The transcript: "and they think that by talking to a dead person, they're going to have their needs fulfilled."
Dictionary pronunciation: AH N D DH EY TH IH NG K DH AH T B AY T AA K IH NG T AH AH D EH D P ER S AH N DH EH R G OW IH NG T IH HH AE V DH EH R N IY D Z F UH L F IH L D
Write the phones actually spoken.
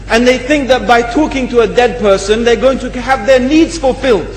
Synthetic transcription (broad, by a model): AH N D DH EY TH IH NG K DH AH T B AY T AA K IH NG T AH AH D EH D P ER S AH N DH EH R G OW IH NG T IH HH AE V DH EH R N IY D Z F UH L F IH L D